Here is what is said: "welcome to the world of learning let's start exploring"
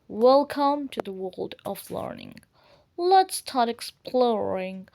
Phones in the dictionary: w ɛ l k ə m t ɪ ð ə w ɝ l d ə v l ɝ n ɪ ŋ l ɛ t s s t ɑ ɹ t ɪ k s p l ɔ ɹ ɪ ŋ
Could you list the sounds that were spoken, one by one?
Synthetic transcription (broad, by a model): w ɛ l k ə m t ɪ ð ə w ɝ l d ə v l ɝ n ɪ ŋ l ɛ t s s t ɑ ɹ t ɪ k s p l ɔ ɹ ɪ ŋ